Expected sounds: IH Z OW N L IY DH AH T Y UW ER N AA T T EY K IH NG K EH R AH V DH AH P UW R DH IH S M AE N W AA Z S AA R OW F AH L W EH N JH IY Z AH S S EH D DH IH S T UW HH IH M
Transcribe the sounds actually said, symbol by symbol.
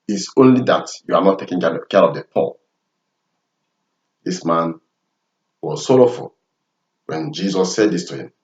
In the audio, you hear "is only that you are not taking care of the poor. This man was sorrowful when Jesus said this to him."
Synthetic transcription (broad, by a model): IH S OW N L IY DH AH T Y UW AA N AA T T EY K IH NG K EH R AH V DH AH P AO L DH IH S M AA N W AA Z S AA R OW F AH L W EH N JH IY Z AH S S EH D DH IH S T UW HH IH M